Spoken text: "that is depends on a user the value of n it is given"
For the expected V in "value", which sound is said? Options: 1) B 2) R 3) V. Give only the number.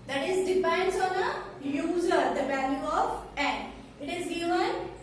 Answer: 1